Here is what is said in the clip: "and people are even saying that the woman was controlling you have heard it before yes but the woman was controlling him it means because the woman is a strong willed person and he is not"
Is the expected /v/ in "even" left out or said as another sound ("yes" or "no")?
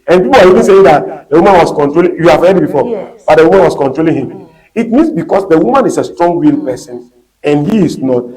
no